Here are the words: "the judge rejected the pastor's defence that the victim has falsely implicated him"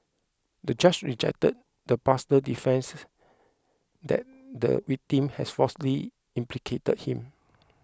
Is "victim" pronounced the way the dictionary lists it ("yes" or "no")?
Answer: no